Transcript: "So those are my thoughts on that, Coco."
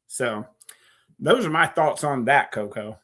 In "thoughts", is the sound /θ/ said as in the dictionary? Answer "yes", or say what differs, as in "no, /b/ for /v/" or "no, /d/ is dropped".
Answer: yes